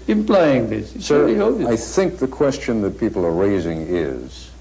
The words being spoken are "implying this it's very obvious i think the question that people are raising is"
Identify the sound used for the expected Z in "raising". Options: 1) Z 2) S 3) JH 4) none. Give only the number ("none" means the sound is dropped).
1